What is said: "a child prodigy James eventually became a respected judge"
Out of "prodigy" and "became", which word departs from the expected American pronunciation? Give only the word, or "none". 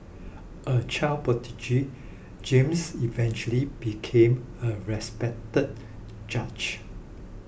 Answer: prodigy